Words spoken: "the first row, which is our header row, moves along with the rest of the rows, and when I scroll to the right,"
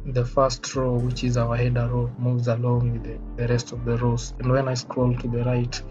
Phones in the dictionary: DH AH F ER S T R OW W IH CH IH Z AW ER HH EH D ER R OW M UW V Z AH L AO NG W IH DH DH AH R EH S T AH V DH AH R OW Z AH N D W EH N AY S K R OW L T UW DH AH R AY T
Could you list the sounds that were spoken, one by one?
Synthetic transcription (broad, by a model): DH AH F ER S T R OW W IH CH IH Z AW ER HH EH D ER R OW M UW V Z AH L AO NG W IH DH DH AH R EH S T AH V DH AH R OW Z AH N D W EH N AY S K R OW L T UW DH AH R AY T